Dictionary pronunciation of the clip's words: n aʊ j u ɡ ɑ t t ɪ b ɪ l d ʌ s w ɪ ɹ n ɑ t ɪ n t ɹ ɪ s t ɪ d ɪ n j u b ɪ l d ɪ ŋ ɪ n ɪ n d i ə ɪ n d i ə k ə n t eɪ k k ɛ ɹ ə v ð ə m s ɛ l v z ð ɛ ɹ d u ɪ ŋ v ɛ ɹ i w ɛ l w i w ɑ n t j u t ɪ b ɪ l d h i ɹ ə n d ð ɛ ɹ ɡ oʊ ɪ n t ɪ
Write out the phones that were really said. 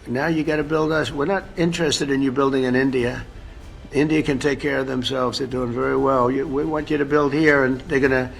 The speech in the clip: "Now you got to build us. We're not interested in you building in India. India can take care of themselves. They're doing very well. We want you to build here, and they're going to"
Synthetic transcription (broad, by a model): n aʊ j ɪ ɡ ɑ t t ɪ b ɪ l d ʌ s w ɪ ɹ n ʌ t ɪ n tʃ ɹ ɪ s t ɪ d ɪ n j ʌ b ɪ l d ɪ ŋ ɪ n ɪ n d i ə ɪ n d i ə k ə n t eɪ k k ɛ ɹ ə v ð ə m s ɛ l v z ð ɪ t d u ɪ ŋ v ɛ ɹ i w ɛ l w i w ɑ n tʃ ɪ t ɪ b ɪ l d h i ɹ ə n ð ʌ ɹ ɡ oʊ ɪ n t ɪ